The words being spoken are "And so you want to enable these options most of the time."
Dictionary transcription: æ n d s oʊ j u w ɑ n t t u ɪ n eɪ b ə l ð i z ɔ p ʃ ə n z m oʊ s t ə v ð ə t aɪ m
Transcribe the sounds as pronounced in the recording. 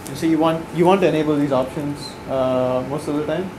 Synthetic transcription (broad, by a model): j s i j u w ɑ n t t u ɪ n eɪ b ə l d i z ɔ p ʃ ə n z m oʊ s t ə v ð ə t aɪ m